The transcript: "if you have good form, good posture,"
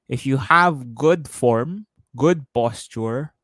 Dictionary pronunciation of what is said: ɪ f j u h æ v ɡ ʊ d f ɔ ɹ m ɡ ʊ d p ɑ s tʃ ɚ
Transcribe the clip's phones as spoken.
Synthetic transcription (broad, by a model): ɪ f j u h æ v ɡ ʊ d f ɔ ɹ m ɡ ʊ d p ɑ s tʃ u